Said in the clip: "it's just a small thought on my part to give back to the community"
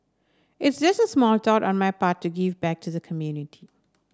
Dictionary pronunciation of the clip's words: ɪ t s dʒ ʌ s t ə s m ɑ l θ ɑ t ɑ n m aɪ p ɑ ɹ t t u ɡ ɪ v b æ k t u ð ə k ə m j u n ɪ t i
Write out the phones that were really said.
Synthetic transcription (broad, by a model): ɪ t s dʒ ʌ s t ə s m ɑ l t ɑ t ɑ n m aɪ p ɑ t t u ɡ ɪ v b æ k t u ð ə k ə m j u n ɪ t i